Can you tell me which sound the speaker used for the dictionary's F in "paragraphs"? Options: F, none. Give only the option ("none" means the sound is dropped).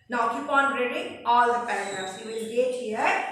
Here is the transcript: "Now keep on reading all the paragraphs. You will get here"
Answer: none